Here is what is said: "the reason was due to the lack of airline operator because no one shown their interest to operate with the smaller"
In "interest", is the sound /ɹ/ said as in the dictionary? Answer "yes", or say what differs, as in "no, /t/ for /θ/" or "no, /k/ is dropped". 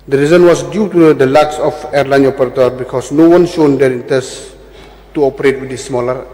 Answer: no, /ɹ/ is dropped